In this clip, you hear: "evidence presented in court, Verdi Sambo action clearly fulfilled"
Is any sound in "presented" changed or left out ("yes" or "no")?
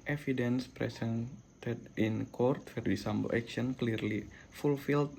yes